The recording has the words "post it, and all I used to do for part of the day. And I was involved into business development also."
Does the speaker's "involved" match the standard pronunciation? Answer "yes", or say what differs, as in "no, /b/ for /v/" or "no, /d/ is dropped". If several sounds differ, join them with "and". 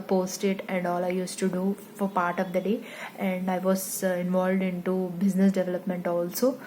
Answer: yes